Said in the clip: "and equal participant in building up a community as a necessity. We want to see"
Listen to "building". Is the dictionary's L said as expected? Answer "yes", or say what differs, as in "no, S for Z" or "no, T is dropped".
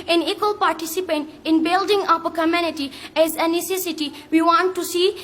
yes